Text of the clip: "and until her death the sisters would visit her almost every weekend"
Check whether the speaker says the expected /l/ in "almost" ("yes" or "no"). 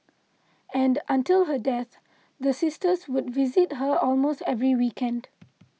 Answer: yes